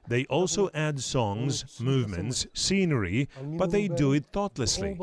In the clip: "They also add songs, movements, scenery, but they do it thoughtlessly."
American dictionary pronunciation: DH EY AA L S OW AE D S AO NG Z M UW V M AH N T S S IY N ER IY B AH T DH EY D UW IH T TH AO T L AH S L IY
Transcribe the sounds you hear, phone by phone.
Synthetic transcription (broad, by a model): DH EY AA L S OW AE D S AO NG Z M UW V M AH N T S S IY N ER IY B AH T DH EY D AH IH T TH AO T L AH S L IY